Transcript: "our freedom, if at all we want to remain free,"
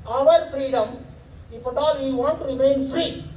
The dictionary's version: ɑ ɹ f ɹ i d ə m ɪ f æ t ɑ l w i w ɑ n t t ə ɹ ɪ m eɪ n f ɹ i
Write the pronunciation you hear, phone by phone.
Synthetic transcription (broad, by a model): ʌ ɹ f ɹ i d ə m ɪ p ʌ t ɑ l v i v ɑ n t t ɹ ɪ m eɪ n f ɹ i